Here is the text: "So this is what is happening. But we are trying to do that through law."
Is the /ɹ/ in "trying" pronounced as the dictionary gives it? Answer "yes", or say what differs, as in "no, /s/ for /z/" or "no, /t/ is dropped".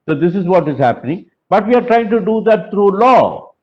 yes